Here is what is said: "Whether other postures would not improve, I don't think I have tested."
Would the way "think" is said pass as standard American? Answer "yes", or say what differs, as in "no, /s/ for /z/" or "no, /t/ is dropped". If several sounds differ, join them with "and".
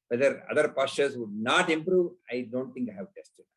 no, /t/ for /θ/